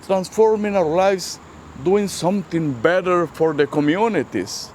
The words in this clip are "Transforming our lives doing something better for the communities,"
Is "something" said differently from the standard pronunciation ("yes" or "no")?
yes